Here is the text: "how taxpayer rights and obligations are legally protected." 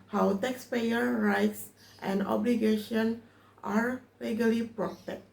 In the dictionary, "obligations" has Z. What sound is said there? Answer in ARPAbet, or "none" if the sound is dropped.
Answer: none